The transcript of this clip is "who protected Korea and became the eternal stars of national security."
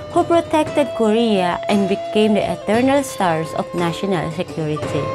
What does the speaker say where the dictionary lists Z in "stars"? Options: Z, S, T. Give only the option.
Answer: S